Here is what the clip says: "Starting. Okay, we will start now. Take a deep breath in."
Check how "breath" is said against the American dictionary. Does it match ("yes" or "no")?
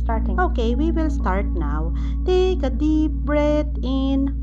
no